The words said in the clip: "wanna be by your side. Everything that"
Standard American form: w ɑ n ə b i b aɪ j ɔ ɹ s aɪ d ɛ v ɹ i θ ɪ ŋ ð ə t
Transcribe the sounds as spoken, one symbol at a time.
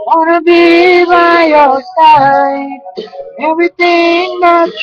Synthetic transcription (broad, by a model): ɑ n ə b i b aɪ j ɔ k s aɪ ɛ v ɹ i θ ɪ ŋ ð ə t